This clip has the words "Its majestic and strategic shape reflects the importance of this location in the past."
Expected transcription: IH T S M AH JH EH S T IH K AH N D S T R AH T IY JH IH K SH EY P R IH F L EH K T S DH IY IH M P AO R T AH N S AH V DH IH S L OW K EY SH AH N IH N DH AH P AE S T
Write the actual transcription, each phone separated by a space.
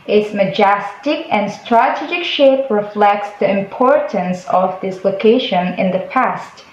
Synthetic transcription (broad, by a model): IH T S M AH JH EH S T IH K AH N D S T R AH T IY JH IH K SH EY P R IH F L EH K T S DH IY IH M P AO R T AH N S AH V DH IH S L OW K EY SH AH N IH N DH AH P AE S T